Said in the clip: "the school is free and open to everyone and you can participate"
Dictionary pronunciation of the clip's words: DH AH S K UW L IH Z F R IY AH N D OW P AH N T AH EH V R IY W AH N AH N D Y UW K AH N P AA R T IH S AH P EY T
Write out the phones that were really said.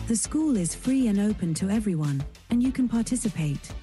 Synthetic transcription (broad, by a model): DH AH S K UW L IH Z F R IY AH N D OW P AH N T AH EH V R IY W AH N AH N Y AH K AH N P AA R T IH S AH P EY T